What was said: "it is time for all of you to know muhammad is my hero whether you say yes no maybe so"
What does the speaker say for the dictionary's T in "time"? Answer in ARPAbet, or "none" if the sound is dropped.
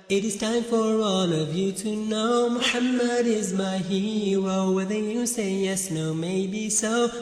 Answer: T